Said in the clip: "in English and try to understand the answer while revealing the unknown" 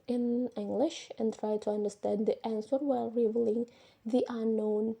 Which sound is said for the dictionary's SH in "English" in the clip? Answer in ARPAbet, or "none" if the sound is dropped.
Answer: SH